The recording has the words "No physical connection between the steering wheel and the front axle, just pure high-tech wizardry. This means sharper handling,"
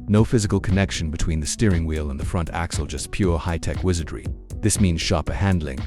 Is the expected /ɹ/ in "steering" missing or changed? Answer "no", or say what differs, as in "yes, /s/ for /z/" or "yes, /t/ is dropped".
no